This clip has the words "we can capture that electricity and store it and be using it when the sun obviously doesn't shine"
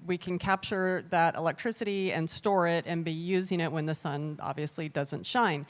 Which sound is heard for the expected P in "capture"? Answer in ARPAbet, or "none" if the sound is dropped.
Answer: P